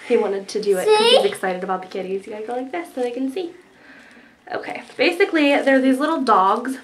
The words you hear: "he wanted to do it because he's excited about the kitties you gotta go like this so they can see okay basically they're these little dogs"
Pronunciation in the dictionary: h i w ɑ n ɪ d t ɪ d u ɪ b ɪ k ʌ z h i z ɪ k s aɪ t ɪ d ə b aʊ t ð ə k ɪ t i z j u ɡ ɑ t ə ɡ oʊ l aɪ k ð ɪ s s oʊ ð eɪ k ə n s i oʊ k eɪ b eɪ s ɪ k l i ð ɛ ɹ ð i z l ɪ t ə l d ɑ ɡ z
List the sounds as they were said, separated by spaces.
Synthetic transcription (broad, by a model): h i w ɑ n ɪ d t ɪ d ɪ ɪ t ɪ ʌ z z ɪ k s aɪ t ɪ d ə b aʊ t ð ə k ɪ t i z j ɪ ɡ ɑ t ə ɡ oʊ l aɪ k ð ɪ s s oʊ ð eɪ k ə n s i oʊ k eɪ b eɪ s ɪ k l i ð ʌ ɹ ð i z l ɪ t l d ɑ ɡ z